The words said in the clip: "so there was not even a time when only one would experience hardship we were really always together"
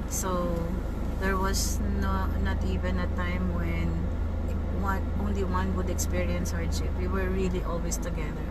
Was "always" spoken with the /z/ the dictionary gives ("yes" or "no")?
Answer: no